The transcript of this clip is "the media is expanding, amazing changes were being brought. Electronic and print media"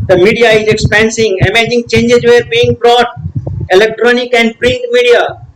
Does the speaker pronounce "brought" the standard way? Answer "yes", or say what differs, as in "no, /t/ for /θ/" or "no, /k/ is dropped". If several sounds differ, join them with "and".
yes